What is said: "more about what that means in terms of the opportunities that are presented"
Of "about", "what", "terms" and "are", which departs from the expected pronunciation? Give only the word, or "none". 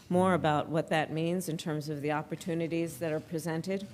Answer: none